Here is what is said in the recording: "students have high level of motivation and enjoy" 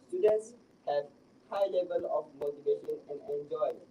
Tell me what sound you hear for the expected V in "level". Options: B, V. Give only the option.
V